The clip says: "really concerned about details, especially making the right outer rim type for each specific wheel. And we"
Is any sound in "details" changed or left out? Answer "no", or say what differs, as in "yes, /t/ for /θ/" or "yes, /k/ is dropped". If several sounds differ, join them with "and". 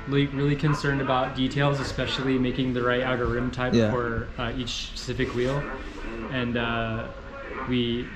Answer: no